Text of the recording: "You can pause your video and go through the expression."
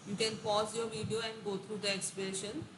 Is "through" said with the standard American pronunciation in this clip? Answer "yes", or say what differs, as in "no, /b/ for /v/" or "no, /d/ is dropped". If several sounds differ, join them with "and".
no, /t/ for /θ/